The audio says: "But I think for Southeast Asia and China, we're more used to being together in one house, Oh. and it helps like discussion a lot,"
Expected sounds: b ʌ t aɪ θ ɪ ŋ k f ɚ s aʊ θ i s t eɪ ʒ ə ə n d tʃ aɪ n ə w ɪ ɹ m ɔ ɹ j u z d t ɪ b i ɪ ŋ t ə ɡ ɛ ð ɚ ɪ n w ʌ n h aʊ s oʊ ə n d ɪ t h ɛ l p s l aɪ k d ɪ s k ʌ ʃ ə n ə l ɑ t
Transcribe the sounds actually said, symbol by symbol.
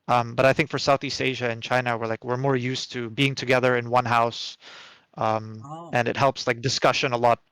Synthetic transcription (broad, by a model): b ʌ t aɪ θ ɪ ŋ k f ɚ s aʊ θ i s t eɪ ʒ ə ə n tʃ aɪ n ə w ɪ ɹ m ɔ ɹ j u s t ɪ b i ɪ ŋ t ə ɡ ɛ ð ɚ ɪ n w ʌ n h aʊ s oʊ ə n ɪ t h ɛ l p s l aɪ k d ɪ s k ʌ ʃ ə n ə l ɑ t